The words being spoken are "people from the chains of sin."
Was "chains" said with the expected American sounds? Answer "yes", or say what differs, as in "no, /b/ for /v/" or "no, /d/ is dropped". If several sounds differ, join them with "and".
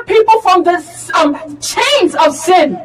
yes